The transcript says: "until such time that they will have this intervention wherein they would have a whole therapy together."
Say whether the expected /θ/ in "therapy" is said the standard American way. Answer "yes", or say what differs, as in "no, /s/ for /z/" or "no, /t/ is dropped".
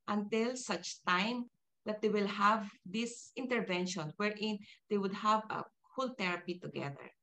no, /t/ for /θ/